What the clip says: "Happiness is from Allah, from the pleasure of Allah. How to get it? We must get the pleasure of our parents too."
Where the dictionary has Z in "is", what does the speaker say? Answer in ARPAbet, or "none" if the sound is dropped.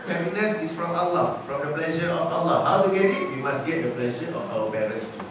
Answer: S